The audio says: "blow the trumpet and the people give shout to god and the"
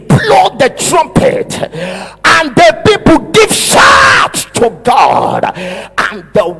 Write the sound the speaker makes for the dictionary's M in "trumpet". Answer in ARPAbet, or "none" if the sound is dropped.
M